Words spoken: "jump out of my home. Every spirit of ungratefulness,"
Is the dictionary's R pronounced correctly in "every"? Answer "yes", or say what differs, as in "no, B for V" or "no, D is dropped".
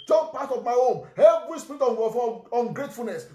no, L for R